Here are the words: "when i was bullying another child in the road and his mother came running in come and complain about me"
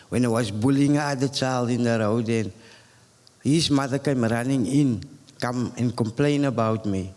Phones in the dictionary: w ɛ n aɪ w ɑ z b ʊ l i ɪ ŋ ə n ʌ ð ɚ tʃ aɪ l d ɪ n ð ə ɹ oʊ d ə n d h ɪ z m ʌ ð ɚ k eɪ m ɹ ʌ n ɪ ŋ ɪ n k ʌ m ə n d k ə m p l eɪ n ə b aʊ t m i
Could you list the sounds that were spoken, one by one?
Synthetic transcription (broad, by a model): w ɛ n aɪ w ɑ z b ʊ l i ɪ ŋ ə ɑ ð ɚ tʃ aɪ l d ɪ n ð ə ɹ oʊ d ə n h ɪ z m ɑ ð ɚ k eɪ m ɹ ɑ n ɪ ŋ ɪ n k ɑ m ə n k ə m p l eɪ n ə b aʊ t m i